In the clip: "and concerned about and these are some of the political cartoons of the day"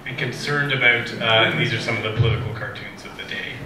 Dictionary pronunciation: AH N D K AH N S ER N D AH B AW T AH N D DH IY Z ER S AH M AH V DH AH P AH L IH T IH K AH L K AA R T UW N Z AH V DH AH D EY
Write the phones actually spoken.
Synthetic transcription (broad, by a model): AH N K AH N S ER N D AH B AW T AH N DH IY Z ER S AH M AH V DH AH P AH L IH T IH K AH L K AA R T UW N Z AH V DH AH D EY